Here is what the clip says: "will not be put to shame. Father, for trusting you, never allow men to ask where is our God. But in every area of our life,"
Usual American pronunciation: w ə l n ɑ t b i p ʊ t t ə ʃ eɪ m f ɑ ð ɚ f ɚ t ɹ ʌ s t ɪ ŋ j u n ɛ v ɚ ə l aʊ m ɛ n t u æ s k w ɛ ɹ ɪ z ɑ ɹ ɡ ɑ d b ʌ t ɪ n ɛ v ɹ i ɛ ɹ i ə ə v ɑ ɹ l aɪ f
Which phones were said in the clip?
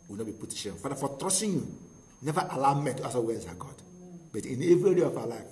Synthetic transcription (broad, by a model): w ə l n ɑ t b i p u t t ə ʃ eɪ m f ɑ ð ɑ f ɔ t ɹ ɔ s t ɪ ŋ j u n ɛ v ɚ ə l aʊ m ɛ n t u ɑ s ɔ w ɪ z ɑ ɡ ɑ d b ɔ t ɪ n ɛ v ɹ i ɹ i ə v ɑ l aɪ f